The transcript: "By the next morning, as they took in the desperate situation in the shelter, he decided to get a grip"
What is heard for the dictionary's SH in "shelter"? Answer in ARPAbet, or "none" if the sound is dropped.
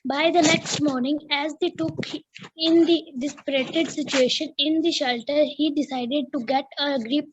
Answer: SH